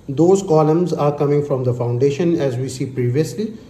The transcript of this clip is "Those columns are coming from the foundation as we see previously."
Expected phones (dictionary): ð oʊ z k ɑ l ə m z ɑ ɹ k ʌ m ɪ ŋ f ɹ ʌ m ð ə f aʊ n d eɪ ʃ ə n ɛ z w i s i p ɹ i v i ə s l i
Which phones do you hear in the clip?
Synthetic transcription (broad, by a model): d oʊ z k ɑ l ə m z ɑ ɹ k ʌ m ɪ ŋ f ɹ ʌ m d ə f aʊ n d eɪ ʃ ə n ɛ z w i s i p ɹ i v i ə s l i